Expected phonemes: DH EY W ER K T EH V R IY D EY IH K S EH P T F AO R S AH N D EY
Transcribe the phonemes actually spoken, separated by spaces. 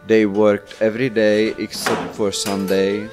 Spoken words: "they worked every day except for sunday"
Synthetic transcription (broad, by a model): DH EY W ER K T EH V R IY D EY IH K S EH P T F AO R S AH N D EY